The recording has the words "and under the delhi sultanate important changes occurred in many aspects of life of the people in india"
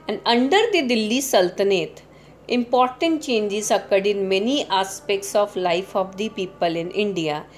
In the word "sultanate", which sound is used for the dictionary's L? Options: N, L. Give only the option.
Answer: L